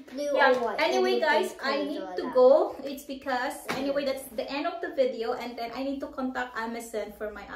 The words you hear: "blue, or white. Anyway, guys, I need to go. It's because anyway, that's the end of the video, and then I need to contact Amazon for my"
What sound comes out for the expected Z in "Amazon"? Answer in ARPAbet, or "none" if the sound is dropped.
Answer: S